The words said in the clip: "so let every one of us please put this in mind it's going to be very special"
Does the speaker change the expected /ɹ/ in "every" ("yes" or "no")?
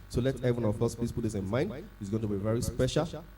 yes